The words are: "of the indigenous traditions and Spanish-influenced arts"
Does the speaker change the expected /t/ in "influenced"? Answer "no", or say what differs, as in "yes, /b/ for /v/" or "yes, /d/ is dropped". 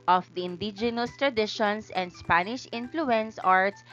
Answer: yes, /t/ is dropped